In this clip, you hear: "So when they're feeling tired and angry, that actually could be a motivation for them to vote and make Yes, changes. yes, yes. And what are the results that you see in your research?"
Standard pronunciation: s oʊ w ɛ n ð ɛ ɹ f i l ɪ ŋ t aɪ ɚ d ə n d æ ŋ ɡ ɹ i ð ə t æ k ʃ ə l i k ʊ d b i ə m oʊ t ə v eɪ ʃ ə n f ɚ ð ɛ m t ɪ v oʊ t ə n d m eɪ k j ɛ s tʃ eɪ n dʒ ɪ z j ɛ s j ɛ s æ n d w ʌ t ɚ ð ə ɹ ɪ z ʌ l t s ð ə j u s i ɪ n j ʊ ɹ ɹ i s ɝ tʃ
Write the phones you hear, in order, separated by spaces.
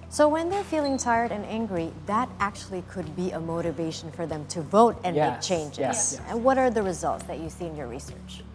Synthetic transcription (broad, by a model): s oʊ w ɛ n ð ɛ ɹ f i l ɪ ŋ t aɪ ɚ d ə n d æ ŋ ɡ ɹ i ð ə t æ k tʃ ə l i k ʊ d b i ə m oʊ t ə v eɪ ʃ n f ɚ ð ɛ m t ɪ v oʊ t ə n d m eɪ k tʃ eɪ n dʒ ɪ z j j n w ʌ t ɚ ð ə ɹ ɪ z ʌ l t s ð ə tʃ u s i ɪ n j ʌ ɹ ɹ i s ɝ tʃ